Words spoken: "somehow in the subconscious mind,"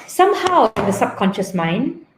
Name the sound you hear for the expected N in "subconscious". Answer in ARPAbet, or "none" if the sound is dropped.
N